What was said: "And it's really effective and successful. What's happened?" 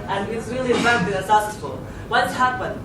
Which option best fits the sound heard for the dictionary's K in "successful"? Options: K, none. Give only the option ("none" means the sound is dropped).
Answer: none